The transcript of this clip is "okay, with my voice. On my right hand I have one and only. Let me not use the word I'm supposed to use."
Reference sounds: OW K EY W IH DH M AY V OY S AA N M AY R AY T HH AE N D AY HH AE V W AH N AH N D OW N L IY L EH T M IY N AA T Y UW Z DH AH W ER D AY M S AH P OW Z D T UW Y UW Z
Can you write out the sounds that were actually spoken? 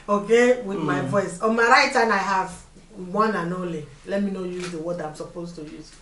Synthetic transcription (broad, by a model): OW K EY W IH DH M AY V OY S AA N M AY R AY T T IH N AY HH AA V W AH N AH N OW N L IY L EH T M IY N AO Y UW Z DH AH W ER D AY M S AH P OW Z T UW Y UW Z